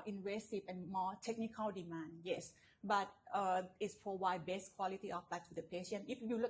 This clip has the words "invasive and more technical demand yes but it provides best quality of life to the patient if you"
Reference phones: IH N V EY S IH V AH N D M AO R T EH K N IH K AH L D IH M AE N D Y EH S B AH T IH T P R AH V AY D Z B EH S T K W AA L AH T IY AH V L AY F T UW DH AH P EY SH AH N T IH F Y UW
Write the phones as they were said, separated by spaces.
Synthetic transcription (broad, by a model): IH N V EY S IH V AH N M AO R T EH K N IH K AH L D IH M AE N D Y EH S B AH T IH T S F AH W AY B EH S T K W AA L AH T IY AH F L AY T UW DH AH P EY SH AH N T IH F Y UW